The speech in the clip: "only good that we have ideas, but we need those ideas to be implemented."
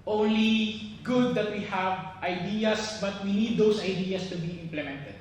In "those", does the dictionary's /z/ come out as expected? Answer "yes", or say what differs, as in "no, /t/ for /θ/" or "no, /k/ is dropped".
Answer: no, /s/ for /z/